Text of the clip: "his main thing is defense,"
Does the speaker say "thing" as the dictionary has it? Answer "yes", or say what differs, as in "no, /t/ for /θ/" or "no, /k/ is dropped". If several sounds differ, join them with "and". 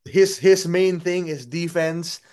yes